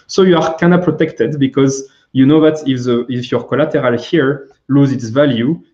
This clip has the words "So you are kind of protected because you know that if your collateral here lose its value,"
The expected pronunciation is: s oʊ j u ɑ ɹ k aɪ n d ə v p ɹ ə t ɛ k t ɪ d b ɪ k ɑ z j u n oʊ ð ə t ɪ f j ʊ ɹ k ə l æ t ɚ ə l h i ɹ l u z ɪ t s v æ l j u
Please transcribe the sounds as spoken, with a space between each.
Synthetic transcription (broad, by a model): s oʊ j u ɑ ɹ k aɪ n ə p ɹ ə t ɛ k t ɪ d b ɪ k ɑ z j u n oʊ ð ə t ɪ f j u ɹ k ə l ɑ t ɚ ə l h i ɹ l u z ɪ t s v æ l j u